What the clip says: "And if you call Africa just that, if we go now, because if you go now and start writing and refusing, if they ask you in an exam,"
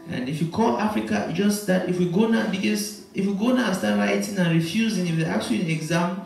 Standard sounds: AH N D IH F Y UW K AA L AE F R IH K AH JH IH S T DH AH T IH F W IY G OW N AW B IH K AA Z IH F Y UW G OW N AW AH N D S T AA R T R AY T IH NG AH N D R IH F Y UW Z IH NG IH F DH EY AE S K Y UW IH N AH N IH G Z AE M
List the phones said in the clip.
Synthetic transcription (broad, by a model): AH N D IH F Y UW K AA L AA F R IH K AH JH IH S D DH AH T IH F W IY G OW N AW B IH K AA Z IH F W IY G OW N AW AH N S T AA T R AY T IH NG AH N R IH F Y UW Z IH NG IH F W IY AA K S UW IH N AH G Z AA M